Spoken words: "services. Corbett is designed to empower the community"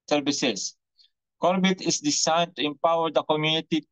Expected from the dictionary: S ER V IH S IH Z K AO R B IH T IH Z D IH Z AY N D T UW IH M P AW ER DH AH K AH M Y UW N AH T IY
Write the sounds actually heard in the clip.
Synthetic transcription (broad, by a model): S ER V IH S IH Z K AO R B IH T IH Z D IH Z AY N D T UW IH M P AW ER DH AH K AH M Y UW N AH T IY